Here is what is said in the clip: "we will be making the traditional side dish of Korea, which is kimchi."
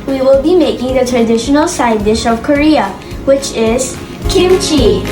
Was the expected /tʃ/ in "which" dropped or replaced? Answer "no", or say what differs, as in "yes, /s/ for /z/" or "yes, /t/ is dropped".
no